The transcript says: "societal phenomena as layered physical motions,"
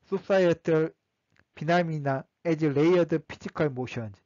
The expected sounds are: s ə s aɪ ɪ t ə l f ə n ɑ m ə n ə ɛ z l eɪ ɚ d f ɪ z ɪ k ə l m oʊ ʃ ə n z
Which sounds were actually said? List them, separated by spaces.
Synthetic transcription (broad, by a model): s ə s aɪ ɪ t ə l p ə n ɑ m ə n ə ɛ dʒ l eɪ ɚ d p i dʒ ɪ k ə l m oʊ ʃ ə n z